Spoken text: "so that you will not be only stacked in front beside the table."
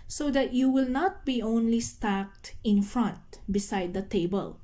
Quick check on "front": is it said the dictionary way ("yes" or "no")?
yes